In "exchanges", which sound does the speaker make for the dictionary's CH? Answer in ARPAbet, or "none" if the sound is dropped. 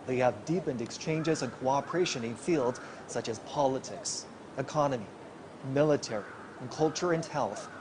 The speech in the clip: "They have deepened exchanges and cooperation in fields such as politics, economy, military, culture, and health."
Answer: CH